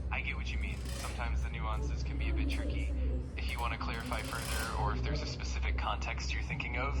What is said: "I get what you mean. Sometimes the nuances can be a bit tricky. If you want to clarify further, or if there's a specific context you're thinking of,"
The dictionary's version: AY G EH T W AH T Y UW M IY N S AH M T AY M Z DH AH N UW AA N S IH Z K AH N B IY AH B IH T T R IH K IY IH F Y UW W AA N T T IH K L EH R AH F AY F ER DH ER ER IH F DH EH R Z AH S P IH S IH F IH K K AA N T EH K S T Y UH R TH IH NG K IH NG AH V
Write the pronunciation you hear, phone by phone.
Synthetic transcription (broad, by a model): AY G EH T W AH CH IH M IY N S AH M T AY M Z DH AH N UW AA N S IH Z K AH N B IY AH B IH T T R IH K IY IH F Y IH W AA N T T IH K L EH R AH F AY F ER DH ER ER IH F DH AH R Z AH S P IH S IH F IH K K AA N T EH K S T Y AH R TH IH NG K IH NG AH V